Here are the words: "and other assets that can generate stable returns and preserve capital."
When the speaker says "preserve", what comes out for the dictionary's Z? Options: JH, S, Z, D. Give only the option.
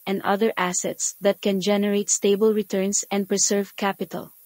S